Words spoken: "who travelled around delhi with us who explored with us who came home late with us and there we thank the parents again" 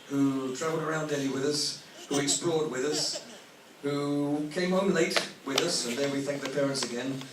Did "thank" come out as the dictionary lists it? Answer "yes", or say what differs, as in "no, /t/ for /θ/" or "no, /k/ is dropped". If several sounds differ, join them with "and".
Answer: yes